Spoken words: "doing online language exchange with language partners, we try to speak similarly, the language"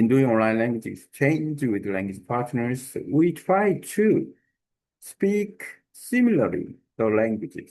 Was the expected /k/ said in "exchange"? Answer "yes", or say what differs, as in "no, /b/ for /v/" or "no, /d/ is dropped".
no, /k/ is dropped